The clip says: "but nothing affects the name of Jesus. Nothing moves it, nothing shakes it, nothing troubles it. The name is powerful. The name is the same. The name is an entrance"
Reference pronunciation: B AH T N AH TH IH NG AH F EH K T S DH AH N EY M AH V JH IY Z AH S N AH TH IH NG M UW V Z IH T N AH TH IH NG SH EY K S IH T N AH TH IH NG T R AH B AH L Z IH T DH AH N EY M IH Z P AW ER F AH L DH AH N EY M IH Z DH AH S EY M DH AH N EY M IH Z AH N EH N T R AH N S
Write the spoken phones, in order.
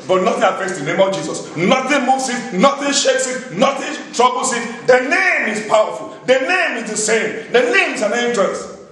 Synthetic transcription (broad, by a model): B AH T N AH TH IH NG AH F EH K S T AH N EY M AH V JH IY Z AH S N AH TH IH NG M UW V S IH T N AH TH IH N SH EY K S IH T N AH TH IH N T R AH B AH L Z IH T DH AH N EY M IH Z P AW ER F AH L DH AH N EY M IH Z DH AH S EY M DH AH N EY M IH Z AH N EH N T R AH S